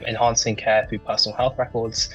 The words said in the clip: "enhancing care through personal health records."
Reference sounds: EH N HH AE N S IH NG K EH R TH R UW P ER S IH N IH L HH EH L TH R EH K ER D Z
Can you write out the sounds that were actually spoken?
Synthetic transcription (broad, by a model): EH N HH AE N S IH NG K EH TH R UW P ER S N L HH EH L TH R EH K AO D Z